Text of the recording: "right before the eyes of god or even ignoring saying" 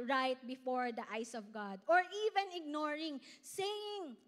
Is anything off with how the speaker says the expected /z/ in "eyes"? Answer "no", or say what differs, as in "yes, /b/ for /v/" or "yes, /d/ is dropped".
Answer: yes, /s/ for /z/